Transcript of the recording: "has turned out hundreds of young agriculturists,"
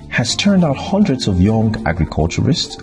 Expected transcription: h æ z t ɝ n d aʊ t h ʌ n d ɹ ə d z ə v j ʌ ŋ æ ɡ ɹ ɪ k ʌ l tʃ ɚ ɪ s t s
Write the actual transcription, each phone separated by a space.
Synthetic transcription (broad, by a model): h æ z t ɝ n d aʊ t h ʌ n d ɹ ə d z ə v j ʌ ŋ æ ɡ ɹ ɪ k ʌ l tʃ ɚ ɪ s t s